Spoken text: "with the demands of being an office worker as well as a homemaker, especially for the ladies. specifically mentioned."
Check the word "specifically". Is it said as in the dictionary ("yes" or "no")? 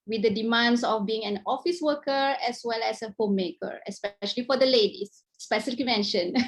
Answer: no